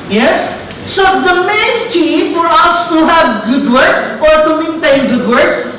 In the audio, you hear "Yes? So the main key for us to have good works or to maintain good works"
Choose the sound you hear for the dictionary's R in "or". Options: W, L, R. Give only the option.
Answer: R